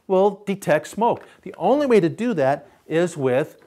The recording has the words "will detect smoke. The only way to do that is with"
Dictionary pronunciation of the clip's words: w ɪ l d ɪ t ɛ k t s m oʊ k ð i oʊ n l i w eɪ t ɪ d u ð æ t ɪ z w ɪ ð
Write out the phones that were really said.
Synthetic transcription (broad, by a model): w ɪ l d ɪ t ɛ k t s m oʊ k ð i oʊ n l i w eɪ t ɪ d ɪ ð æ t ɪ z w ɪ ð